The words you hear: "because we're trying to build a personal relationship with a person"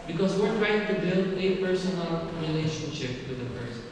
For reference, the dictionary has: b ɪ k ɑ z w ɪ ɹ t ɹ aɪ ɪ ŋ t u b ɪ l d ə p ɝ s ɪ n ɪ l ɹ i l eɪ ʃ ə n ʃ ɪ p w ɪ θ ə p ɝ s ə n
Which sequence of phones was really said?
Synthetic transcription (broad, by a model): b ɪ k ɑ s w ɪ ɹ t ɹ aɪ ɪ ŋ t u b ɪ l ə p ɝ s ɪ n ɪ l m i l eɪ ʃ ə n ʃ ɪ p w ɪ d ə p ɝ s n